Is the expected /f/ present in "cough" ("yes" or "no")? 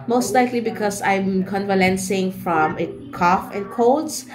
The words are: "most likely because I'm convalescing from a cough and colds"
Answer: yes